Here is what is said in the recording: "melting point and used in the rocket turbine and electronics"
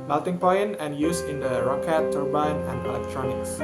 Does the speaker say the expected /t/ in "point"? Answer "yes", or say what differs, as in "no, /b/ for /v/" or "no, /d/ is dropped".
no, /t/ is dropped